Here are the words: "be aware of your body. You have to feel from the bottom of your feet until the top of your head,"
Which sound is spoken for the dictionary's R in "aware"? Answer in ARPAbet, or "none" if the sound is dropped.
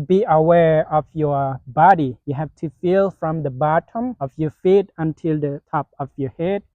R